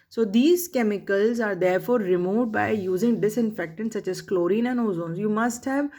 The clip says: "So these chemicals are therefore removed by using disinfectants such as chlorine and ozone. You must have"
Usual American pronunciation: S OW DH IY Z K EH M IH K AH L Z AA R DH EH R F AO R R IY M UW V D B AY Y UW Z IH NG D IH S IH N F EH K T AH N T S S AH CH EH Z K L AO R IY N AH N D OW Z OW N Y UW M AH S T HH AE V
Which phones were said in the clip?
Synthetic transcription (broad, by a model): S OW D IY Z K EH M IH K AH L Z AA R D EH R F AO R R IY M UW V D B AY Y UW Z IH NG D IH S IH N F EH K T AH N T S S AH CH EH Z K L AO R IY N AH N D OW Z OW N Y UW M AH S T HH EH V